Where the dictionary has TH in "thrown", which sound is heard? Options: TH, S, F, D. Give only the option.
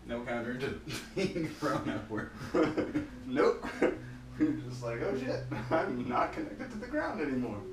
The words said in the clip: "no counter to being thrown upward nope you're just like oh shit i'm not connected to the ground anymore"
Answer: F